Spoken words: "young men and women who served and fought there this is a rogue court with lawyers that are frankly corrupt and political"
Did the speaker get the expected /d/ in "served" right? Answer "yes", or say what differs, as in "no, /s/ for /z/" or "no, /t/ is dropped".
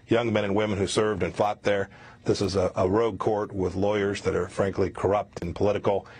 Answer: yes